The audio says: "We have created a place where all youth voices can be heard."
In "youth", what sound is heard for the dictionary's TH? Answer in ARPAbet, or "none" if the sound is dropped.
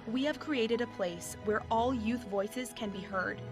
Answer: TH